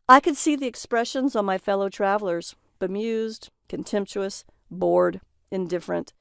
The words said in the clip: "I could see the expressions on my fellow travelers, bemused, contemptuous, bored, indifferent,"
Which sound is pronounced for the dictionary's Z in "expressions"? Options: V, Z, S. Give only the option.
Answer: Z